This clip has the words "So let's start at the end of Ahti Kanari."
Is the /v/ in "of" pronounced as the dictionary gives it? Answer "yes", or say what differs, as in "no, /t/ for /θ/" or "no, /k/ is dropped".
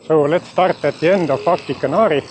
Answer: no, /f/ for /v/